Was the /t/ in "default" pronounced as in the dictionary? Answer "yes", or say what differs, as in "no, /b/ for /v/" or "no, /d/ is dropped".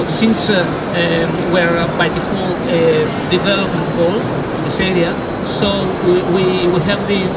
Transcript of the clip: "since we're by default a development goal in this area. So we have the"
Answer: no, /t/ is dropped